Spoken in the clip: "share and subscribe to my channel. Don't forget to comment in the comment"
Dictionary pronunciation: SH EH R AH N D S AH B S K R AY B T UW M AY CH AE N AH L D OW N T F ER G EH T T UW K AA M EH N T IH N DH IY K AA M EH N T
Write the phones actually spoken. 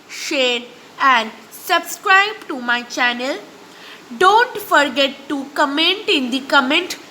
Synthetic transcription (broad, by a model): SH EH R AH N D S AH B S K R AY B T UW M AY CH AE N AH L D OW N T F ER G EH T T UW K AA M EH N T IH N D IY K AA M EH N T